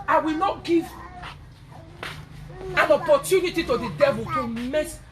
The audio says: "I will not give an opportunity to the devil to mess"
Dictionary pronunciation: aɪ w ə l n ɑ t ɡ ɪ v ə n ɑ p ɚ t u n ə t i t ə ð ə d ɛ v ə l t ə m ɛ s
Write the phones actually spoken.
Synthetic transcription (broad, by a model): aɪ w ə l n ɑ t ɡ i v ə n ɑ p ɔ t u n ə t i t ə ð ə d ɛ v ə l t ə m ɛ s